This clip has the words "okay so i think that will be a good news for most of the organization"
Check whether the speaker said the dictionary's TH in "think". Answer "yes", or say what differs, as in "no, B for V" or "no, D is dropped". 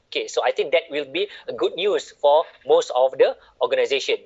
no, T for TH